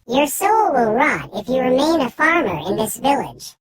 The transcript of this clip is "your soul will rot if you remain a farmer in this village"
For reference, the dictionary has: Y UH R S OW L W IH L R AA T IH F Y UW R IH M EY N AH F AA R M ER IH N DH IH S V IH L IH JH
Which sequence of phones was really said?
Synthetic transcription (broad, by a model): Y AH R S OW L W IH L R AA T IH F Y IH R IH M EY N AH F AA R M ER IH N DH IH S V IH L IH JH